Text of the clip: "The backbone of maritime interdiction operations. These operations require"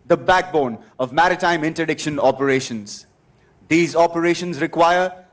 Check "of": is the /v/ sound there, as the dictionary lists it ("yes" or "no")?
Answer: yes